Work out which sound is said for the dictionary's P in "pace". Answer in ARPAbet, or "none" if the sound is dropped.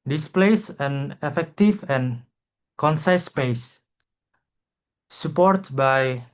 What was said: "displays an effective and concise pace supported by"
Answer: P